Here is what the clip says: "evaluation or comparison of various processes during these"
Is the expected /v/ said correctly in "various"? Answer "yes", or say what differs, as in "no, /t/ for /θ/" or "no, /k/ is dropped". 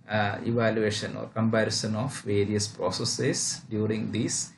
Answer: yes